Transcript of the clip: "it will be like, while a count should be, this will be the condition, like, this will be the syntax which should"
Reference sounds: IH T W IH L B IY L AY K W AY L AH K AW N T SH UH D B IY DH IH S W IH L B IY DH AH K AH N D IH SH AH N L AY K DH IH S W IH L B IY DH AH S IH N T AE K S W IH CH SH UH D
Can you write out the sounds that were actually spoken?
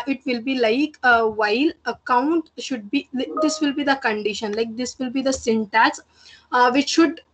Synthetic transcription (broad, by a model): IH T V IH L B IY L AY K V AY L AH K AW N T SH UH D B IY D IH S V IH L B IY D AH K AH N D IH SH AH N L AY K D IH S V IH L B IY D AH S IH N T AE S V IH CH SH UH D